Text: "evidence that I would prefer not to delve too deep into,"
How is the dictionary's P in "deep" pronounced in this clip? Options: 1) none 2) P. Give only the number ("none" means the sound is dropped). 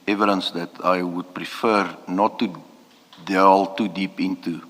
2